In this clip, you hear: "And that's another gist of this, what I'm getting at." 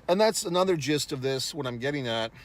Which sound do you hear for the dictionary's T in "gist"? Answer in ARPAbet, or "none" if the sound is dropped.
T